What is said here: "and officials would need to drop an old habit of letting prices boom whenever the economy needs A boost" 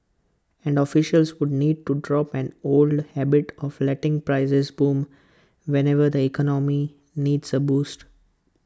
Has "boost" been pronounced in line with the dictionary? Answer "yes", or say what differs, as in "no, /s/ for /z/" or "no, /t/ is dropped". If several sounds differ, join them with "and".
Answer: yes